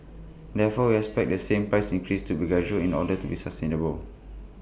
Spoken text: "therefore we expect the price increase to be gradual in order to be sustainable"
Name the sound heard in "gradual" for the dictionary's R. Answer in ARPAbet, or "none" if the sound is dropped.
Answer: none